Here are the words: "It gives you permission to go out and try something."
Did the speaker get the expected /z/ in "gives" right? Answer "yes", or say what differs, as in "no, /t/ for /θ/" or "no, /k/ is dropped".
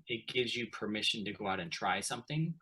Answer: yes